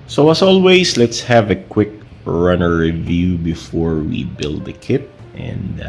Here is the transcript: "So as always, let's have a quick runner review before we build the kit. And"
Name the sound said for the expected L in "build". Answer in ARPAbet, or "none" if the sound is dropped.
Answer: L